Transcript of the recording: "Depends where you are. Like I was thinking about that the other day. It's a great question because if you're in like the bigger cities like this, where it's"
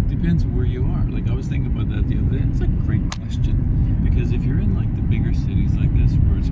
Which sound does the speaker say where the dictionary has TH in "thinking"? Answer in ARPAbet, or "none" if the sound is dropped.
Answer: TH